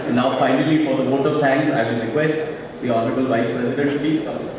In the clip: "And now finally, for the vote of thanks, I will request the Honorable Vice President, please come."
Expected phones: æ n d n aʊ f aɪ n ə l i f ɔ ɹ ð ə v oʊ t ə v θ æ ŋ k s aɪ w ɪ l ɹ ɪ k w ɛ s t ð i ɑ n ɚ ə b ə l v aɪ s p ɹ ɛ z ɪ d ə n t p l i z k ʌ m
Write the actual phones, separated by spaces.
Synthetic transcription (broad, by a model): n n aʊ f aɪ n ə l i f ɔ ɹ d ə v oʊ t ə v t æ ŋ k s aɪ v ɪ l ɹ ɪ k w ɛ s t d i ɑ n ɚ ə b ə l v aɪ s p ɹ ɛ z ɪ d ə n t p i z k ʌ